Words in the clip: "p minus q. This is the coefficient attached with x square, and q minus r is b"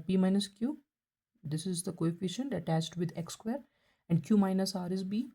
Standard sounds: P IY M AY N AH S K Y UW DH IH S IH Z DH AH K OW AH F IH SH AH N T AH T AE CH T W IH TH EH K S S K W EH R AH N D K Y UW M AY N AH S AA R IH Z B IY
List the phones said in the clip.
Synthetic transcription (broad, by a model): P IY M AY N AH S K Y UW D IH S IH Z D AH K OW AH F IH SH AH N T AH T AE CH T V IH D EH K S S K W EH R AH N D K Y UW M AY N AH S AA R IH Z B IY